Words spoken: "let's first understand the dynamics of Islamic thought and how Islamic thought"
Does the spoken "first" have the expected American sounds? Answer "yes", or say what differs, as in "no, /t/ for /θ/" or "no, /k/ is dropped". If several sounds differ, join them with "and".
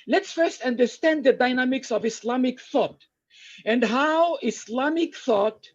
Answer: yes